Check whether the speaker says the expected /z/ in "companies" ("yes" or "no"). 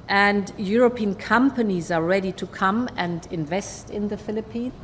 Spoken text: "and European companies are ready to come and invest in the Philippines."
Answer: yes